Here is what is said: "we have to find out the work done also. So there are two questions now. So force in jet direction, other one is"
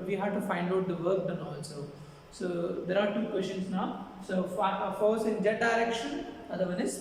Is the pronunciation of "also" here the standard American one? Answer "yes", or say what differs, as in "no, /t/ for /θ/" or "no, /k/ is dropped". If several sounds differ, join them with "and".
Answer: no, /n/ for /l/